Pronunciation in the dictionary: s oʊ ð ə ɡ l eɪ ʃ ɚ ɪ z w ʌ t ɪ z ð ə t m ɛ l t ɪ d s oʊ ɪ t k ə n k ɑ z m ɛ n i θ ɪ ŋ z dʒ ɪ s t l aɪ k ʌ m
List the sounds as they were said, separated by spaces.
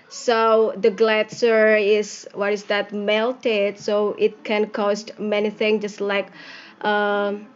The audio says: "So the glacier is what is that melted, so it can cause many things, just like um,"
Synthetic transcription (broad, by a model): s oʊ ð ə ɡ l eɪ s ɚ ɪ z w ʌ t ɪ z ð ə t m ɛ l t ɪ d s oʊ ɪ t k ə n k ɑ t m ɛ n i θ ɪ ŋ dʒ ɪ s t l aɪ k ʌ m